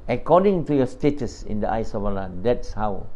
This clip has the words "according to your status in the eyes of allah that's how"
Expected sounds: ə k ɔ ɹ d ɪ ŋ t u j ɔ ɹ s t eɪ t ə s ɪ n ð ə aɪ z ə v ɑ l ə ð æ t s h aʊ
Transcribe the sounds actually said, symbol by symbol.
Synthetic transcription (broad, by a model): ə k ɔ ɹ d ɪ ŋ t u j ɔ s t eɪ t ə s ɪ n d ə aɪ s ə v ɑ l ə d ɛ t s h aʊ